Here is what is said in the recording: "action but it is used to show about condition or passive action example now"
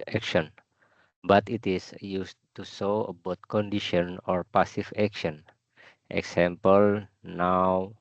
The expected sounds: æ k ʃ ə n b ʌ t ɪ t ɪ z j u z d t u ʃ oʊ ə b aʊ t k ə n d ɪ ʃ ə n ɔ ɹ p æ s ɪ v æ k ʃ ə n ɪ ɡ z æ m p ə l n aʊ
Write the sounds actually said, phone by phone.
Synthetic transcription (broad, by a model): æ k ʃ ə n b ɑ t ɪ t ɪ s j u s t u s oʊ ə b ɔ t k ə n d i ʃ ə n ɔ ɹ p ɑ s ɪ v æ k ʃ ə n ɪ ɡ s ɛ m p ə l n aʊ